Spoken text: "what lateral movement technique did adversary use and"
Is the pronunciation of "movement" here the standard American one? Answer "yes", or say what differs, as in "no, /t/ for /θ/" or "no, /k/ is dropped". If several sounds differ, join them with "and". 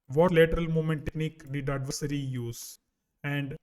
no, /v/ is dropped